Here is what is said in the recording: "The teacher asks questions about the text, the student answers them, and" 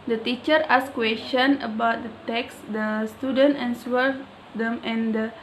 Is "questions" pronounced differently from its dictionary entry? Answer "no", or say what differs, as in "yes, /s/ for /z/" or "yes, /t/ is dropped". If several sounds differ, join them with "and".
yes, /z/ is dropped